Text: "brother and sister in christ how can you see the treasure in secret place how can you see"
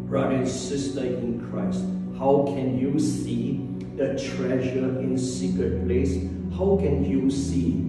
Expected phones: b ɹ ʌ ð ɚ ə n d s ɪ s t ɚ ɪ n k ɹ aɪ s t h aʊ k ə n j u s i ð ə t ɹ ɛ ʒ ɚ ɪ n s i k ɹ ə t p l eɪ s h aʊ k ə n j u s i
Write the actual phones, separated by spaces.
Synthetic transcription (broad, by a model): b ɹ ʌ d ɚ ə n s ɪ s t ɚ ɪ n k ɹ aɪ s t h aʊ k ə n j u s i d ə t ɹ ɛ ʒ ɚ ɪ n s i k ɹ ə t p l eɪ s h aʊ k ə n j u s i